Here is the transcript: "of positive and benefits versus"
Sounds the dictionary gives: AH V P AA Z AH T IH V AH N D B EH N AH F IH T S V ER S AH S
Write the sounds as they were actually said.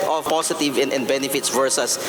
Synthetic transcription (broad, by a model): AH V P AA S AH T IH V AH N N B EH N AH F IH T S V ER S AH S